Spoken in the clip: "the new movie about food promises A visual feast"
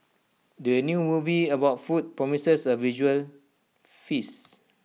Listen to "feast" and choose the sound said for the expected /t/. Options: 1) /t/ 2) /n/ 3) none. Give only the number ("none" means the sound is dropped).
3